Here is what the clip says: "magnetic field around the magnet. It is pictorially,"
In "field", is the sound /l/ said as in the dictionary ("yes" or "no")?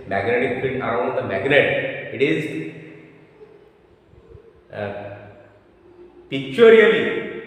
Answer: no